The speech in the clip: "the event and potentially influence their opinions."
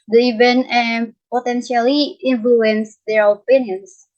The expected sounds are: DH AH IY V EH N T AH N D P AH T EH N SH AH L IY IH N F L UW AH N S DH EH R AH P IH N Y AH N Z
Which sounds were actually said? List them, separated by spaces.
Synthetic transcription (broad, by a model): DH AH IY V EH N AH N P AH T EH N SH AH L IY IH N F L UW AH N S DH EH R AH P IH N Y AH N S